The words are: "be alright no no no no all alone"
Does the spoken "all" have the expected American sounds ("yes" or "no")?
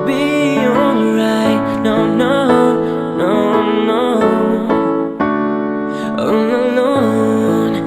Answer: no